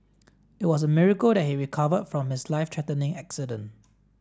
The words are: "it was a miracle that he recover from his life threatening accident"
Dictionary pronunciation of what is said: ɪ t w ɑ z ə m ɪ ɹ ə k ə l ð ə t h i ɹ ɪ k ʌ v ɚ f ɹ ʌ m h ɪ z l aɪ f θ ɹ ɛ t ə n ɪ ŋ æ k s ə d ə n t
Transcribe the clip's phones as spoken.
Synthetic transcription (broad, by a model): ɪ t w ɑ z ə m ɪ ɹ ə k ə l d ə t h i ɹ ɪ k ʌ v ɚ f ɹ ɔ m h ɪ s l aɪ f t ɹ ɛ t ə n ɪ ŋ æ k s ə d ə n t